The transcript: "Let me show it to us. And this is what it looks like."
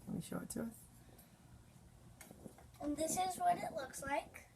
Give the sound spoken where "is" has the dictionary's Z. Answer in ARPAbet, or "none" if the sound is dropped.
Z